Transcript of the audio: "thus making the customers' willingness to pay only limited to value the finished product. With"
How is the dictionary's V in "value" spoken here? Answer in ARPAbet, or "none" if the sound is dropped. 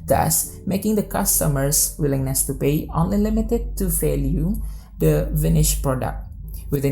F